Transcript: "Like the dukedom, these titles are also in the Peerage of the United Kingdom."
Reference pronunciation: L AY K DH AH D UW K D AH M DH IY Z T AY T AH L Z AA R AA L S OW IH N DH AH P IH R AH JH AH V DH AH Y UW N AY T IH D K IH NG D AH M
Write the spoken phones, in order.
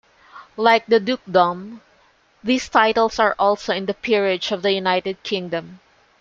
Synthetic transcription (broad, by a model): L AY K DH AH D UW K D AH M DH IY S T AY T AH L S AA R AA L S OW IH N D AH P IH R AH JH AH V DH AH Y UW N AY T IH D K IH NG D AH M